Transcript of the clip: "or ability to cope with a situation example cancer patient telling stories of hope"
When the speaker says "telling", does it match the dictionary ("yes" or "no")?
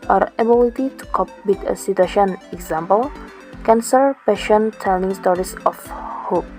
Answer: no